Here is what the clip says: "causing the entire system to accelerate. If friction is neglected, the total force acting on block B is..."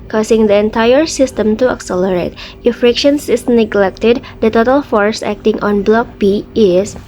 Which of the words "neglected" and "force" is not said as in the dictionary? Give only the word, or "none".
none